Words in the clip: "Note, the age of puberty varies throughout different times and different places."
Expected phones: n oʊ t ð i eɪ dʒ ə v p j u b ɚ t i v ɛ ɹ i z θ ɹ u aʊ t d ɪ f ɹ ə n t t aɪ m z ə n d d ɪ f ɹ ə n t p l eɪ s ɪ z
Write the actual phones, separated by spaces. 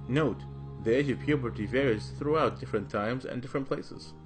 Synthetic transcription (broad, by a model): n oʊ t ð i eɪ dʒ ə v p j u b ɚ t i v ɛ ɹ i z θ ɹ u aʊ t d ɪ f ɹ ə n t t aɪ m z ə n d d ɪ f ɹ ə n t p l eɪ s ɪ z